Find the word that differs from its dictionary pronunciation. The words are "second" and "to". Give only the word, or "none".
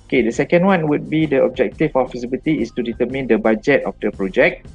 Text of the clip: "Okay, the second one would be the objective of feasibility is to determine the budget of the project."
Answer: none